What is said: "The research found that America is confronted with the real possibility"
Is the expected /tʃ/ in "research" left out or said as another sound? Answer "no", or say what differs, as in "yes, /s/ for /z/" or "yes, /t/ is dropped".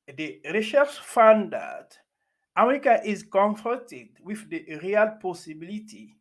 yes, /ʃ/ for /tʃ/